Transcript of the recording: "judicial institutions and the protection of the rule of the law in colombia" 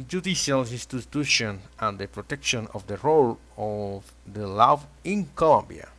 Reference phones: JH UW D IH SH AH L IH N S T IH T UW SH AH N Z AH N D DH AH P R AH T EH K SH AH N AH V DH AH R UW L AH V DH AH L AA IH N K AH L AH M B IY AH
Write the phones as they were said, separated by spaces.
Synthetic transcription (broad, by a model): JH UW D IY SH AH L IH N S T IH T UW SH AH N AH N D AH P R AH T EH K SH AH N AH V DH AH R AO L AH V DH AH L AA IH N K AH L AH M B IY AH